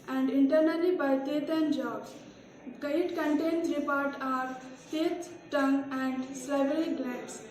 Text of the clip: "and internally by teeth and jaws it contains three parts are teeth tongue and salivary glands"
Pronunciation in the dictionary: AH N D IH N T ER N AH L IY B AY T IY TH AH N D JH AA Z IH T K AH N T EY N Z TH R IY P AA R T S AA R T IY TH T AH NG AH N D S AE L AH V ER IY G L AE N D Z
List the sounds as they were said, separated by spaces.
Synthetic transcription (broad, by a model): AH N D IH N T ER N AH L IY B AY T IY T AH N JH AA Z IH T K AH N T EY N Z R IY P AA R T AA R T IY T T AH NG AH N D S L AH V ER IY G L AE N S